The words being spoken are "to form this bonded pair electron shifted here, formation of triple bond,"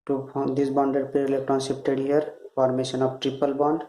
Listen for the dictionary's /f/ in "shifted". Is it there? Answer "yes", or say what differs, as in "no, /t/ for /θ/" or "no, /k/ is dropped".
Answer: no, /p/ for /f/